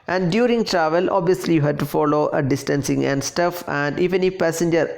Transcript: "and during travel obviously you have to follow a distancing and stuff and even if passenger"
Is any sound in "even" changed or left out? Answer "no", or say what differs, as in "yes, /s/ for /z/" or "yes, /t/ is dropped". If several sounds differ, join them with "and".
yes, /f/ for /v/